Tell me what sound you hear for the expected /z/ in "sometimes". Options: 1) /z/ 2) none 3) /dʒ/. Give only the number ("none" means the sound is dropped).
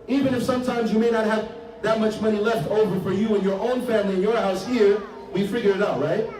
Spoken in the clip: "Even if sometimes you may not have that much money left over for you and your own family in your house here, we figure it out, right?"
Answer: 1